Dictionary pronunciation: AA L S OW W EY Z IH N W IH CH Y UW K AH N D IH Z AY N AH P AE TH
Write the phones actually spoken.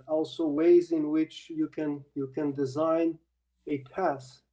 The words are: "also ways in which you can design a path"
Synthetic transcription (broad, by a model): AA L S OW W EY Z IH N W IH CH Y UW K AH N D IH Z AY N AH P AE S